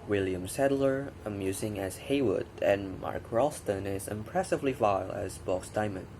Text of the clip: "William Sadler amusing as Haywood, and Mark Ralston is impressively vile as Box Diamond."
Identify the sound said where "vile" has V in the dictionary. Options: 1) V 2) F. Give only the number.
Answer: 1